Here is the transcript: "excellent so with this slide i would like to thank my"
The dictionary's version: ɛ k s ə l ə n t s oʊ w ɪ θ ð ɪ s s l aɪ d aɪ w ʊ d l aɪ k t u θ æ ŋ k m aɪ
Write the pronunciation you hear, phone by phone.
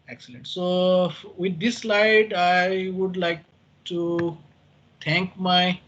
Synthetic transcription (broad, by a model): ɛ k s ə l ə n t s oʊ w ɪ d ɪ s s l aɪ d aɪ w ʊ d l aɪ k t u t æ ŋ k m aɪ